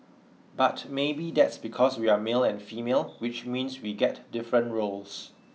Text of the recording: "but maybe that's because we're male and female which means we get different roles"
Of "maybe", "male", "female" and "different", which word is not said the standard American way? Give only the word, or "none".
none